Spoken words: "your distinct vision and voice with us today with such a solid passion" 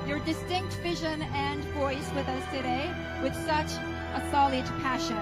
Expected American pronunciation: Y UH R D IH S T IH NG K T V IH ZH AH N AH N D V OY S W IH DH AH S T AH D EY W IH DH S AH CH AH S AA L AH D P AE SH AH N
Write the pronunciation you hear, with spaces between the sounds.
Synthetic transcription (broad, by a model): Y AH R D IH S T IH NG K T V IH ZH AH N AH N V OY S W IH DH AH S T AH D EY W IH DH S AH CH AH S AA L AH D P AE SH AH N